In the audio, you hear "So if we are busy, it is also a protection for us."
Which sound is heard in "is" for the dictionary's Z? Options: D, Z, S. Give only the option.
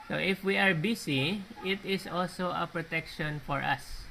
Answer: S